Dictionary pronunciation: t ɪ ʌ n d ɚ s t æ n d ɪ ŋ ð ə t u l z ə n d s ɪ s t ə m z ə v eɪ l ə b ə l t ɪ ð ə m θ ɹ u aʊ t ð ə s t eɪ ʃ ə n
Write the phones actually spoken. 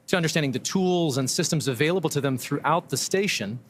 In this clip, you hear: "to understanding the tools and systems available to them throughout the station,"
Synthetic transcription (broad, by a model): t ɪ ʌ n d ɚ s t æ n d ɪ ŋ ð ə t u l z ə n s ɪ s t ə m z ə v eɪ l ə b l t ɪ ð ə m θ ɹ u aʊ t ð ə s t eɪ ʃ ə n